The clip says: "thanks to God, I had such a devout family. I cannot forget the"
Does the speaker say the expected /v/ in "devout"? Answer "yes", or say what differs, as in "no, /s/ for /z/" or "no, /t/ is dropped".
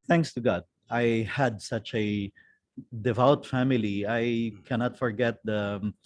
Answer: yes